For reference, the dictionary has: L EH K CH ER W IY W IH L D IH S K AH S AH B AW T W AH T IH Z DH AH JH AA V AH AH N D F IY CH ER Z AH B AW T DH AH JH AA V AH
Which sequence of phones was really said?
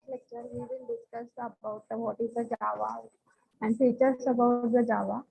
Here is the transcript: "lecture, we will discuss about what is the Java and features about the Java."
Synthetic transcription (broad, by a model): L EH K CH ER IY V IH N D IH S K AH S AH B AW T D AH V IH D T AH JH AA V AH AH N D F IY CH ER S AH B AW T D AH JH AA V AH